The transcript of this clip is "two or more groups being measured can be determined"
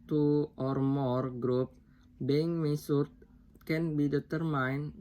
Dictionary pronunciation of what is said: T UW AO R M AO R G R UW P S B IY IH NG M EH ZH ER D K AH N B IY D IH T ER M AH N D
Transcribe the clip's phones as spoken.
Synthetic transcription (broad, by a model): T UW AO R M AO R G R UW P B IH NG M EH S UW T K AH N B IY D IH T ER M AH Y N